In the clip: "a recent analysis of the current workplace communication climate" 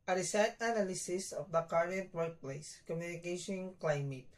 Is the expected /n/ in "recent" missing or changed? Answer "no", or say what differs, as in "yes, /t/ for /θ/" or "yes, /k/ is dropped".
yes, /n/ is dropped